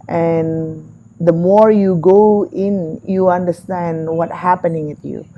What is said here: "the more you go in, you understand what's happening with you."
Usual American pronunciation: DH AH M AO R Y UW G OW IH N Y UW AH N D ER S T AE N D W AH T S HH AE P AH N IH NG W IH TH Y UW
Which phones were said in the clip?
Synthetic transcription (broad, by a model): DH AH M AO R Y UW G OW IH N Y UW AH N D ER S T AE N D W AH T HH AE P AH N IH NG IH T Y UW